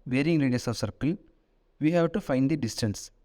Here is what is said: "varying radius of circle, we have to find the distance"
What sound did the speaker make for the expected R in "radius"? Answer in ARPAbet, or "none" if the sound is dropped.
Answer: L